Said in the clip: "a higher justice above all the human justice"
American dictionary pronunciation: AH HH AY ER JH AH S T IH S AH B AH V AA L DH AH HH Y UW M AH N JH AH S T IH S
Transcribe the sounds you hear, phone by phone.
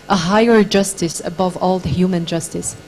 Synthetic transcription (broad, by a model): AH HH AY ER JH AH S T IH S AH B AH V AA L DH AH HH Y UW M AH N JH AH S T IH S